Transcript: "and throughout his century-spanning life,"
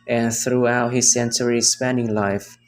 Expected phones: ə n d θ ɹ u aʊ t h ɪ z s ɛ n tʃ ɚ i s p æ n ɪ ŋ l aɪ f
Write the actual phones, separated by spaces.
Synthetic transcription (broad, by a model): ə n θ ɹ u aʊ t h ɪ z s ɛ n tʃ ɚ i s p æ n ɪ ŋ l aɪ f